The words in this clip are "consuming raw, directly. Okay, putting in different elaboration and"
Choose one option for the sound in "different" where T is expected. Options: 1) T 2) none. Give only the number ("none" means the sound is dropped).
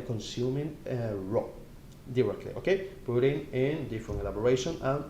2